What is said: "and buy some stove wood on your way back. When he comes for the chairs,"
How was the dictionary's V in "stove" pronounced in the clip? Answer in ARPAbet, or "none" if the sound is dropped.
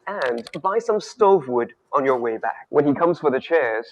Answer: V